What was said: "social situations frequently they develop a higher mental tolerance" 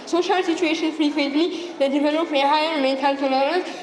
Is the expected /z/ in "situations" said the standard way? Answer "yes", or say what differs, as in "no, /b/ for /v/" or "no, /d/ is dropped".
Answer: no, /z/ is dropped